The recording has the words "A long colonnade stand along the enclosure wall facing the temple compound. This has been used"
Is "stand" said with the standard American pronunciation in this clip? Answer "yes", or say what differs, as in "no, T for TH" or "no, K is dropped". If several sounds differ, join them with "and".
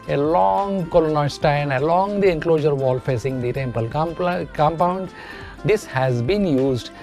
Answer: no, D is dropped